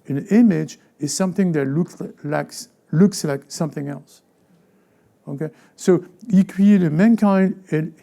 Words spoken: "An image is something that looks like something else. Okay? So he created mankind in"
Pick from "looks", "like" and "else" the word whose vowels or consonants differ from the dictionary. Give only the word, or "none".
none